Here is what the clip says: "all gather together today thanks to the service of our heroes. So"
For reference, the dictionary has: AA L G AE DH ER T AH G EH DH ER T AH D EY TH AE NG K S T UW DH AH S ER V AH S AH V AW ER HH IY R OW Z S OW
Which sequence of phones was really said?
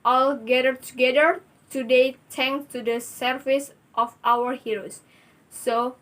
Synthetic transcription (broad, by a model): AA L G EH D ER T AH G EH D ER T AH D EY T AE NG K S T UW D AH S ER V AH S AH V AW ER HH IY R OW S OW